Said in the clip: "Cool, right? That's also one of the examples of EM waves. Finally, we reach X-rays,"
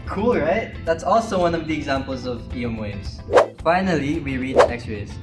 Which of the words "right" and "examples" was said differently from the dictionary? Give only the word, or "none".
none